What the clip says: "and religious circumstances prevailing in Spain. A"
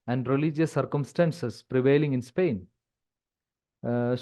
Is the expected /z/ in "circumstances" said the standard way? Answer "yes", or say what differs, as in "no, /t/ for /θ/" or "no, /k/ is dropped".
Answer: no, /s/ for /z/